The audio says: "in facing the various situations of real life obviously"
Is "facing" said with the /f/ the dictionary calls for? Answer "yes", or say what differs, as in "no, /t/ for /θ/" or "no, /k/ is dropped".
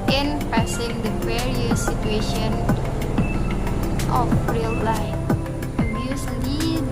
no, /p/ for /f/